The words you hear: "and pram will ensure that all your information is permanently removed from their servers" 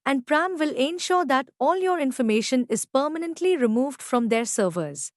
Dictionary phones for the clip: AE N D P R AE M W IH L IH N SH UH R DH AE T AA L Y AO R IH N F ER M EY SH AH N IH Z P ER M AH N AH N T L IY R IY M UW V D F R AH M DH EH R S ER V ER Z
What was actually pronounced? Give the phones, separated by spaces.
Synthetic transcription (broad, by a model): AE N D P R AE M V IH L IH N SH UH R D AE T AA L Y AO R IH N F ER M EY SH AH N IH Z P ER M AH N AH N T L IY R IY M UW V D F R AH M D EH R S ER V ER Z